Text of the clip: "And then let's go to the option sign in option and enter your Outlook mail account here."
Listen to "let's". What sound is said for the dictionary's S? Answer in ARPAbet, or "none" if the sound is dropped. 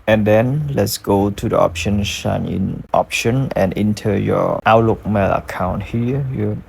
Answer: S